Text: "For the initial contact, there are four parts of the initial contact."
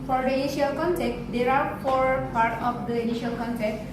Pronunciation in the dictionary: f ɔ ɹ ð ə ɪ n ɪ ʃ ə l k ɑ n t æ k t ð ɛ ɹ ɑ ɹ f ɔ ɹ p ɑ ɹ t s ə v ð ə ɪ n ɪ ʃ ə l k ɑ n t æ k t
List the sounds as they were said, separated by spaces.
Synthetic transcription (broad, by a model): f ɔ ɹ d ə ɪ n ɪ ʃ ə l k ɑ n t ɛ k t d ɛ ɹ ɑ ɹ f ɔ ɹ p ɑ ɹ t ə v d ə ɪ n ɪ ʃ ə l k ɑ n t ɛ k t